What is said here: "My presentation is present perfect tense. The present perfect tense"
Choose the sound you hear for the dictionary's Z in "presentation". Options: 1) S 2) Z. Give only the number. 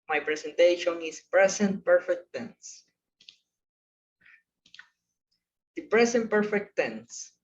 1